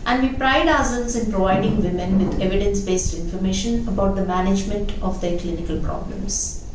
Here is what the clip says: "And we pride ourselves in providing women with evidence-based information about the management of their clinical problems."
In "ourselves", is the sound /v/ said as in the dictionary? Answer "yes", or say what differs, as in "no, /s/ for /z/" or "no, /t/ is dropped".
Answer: no, /v/ is dropped